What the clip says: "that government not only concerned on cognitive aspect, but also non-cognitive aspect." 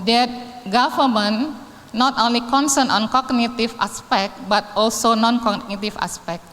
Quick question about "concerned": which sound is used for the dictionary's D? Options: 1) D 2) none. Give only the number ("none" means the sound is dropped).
2